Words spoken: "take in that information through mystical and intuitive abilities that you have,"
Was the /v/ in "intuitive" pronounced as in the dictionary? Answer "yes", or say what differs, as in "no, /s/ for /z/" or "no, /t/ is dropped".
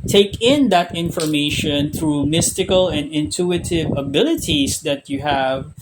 yes